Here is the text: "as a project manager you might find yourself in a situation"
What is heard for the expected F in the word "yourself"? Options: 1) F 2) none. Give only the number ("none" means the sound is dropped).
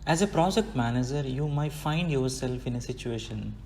1